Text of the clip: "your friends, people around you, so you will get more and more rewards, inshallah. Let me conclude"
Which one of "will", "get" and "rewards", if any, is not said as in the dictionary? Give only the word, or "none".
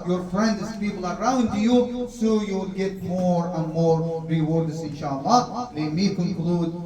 rewards